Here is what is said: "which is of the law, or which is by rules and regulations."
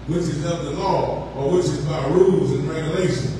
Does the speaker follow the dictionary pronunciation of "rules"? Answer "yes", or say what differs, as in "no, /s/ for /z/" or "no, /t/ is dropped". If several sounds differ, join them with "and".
yes